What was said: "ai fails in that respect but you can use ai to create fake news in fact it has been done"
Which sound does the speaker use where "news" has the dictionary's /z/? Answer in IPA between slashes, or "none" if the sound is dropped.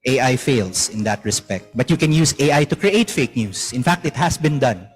/s/